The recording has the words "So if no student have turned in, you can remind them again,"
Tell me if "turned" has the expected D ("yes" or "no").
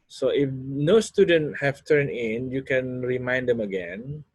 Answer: no